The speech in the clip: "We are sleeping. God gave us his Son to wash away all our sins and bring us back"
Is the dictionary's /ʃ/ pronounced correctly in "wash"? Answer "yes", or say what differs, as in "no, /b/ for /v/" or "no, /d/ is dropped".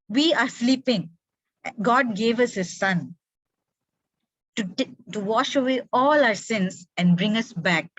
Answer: yes